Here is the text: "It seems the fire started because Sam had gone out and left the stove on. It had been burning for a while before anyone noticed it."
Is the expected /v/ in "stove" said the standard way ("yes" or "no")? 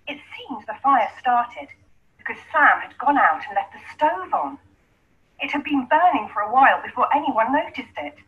yes